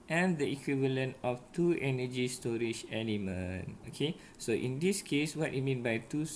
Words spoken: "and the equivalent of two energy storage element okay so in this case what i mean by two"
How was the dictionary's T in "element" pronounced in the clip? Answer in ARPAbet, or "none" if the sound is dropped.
none